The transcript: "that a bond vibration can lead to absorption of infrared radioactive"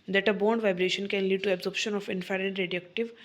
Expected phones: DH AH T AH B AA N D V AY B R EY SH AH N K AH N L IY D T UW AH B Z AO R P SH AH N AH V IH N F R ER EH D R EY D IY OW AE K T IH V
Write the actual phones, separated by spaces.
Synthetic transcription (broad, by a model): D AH T AH B AA N D V AY B R EY SH AH N K AH N L IY D T UW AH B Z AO R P SH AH N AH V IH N F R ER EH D R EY D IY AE K T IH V